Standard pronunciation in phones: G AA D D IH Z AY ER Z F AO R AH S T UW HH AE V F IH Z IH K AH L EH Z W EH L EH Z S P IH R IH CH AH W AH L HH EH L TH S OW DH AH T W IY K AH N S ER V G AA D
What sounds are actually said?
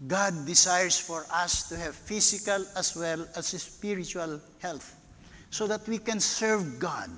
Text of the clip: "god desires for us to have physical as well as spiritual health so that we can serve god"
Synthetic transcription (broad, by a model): G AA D D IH S AY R S F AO R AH S T UW HH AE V F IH S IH K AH L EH S W EH L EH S S P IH R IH CH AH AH L HH EH L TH S OW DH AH T W IY K AH N S ER V G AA D